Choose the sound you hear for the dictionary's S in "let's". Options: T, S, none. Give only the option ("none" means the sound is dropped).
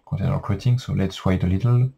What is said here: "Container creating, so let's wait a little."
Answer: S